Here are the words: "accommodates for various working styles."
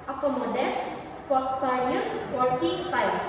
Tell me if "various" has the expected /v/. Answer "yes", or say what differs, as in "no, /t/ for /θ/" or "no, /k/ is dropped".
no, /f/ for /v/